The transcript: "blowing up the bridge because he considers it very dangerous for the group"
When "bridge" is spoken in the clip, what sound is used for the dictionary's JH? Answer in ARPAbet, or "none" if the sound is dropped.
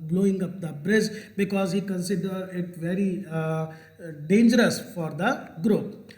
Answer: Z